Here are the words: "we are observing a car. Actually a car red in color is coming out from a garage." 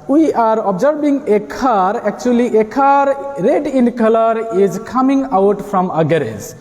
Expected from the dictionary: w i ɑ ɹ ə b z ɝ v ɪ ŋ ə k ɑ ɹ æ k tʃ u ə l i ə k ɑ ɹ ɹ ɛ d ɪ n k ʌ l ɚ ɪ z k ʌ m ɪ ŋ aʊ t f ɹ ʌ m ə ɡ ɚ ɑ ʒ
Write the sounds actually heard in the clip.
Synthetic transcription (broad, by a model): w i ɑ ɹ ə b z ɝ b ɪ ŋ ə k ɑ ɹ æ k tʃ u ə l i ə k ɑ ɹ ɹ ɛ d ɪ n k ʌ l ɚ ɪ z k ʌ m ɪ ŋ aʊ t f ɹ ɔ m ə ɡ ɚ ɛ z